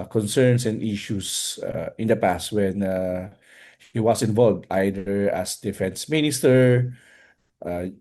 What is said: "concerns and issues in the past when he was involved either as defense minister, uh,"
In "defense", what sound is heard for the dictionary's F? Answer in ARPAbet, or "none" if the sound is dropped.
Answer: F